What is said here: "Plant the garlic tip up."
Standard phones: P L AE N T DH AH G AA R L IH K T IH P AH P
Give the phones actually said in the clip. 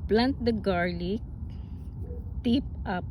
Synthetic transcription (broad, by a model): P L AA N T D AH G AA R L IH K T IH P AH P